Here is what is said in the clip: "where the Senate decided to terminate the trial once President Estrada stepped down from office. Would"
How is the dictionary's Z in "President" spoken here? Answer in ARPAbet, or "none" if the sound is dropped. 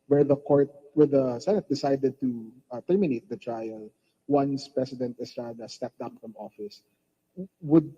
S